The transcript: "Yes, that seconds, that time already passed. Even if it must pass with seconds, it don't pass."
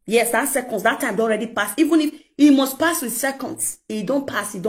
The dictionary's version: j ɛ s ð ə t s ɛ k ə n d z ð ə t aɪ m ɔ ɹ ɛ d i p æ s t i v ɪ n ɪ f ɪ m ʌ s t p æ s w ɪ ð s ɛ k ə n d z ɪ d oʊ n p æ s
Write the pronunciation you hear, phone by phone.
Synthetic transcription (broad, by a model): j ɛ s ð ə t s ɛ k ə n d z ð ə t aɪ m ɔ ɹ ɛ d i p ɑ s i v ɪ n ɪ f ɪ m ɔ s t p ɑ s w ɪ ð s ɛ k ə n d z ɪ d oʊ n p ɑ s